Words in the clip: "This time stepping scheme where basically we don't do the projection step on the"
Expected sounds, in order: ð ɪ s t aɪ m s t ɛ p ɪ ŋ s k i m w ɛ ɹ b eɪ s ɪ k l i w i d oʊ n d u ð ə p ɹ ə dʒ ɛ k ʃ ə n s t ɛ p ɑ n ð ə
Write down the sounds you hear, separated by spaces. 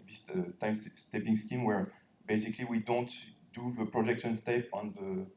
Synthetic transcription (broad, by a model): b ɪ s t aɪ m s t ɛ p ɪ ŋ s k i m w ɛ ɹ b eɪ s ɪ k l i w i d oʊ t d u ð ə p ɹ ə dʒ ɛ k ʃ ə n s t ɛ p ɑ n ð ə